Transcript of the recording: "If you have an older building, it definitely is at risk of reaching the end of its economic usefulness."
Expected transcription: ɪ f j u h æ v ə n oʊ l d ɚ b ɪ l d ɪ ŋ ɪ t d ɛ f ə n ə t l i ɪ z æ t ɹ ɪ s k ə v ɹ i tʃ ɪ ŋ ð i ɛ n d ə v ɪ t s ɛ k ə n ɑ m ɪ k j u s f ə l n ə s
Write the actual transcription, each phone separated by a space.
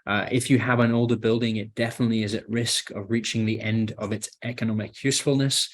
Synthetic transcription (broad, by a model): ɪ f j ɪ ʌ v ə n oʊ l d ɚ b ɪ l d ɪ ŋ ɪ t d ɛ f ə n ə t l i ɪ z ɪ t ɹ ɪ s k ə v ɹ i tʃ ɪ ŋ ð i ɛ n d ə v ɪ t s ɛ k ə n ɑ m ɪ k j u s f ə l n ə s